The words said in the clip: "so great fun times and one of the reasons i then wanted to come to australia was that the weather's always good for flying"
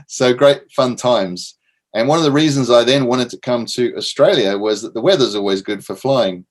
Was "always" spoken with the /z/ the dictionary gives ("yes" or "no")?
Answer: yes